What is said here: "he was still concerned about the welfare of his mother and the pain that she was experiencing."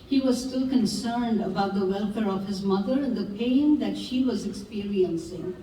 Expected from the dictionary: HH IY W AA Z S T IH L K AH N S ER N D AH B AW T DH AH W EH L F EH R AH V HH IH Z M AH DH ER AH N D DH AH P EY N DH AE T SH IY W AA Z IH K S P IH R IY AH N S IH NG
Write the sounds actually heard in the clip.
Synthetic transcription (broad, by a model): HH IY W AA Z S T IH L K AH N S ER N D AH B AW T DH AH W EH L F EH R AH V HH IH Z M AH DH ER AH N D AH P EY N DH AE T SH IY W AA Z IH K S P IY R IY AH N S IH NG